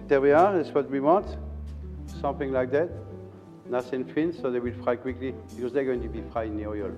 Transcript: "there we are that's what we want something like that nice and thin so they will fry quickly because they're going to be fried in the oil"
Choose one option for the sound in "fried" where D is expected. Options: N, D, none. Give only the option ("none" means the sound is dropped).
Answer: none